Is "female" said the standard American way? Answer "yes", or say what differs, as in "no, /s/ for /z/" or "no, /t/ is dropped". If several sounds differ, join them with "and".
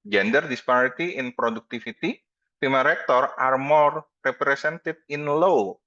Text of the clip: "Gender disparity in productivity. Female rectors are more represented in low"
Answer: no, /p/ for /f/